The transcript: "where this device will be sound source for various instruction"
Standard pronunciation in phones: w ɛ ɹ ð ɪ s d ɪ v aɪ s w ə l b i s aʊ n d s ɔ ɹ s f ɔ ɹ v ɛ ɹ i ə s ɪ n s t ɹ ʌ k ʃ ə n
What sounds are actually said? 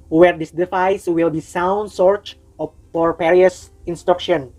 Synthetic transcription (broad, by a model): w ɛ ɹ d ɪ s d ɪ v aɪ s w ə l b i s aʊ n d s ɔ ɹ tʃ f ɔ ɹ p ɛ ɹ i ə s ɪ n s t ɹ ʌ k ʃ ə n